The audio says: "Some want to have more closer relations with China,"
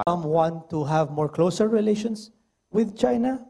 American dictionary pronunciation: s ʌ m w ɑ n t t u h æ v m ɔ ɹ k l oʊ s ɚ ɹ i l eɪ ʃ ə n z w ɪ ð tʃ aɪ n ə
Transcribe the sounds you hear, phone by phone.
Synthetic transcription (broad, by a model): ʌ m w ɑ n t t u h æ v m ɔ ɹ k l oʊ s ɚ ɹ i l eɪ ʃ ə n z w ɪ ð tʃ aɪ n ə